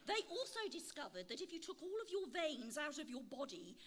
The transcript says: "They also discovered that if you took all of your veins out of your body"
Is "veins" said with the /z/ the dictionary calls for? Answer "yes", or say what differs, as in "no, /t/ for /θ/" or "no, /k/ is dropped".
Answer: yes